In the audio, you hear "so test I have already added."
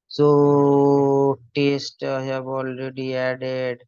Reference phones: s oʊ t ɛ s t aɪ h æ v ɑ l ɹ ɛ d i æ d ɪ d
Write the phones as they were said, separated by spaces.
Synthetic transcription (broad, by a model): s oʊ t ɛ s t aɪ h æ b ɑ l ɹ ɛ d i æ d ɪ d